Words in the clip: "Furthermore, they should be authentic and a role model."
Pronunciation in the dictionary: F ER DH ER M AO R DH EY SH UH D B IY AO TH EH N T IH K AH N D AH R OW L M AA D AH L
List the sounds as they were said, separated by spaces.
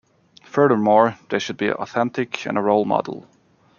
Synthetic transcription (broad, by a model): F ER DH ER M AO R DH EY SH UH D B IY AO TH EH N T IH K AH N AH R OW L M AA D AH L